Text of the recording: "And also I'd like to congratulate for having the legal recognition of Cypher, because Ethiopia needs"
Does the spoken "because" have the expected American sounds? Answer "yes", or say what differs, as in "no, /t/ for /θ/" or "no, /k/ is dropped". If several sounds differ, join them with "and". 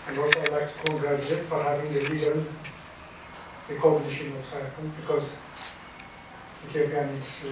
yes